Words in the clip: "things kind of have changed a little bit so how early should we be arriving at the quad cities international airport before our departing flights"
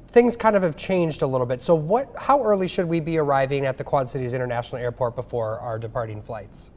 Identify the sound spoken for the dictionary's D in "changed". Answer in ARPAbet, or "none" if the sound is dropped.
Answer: D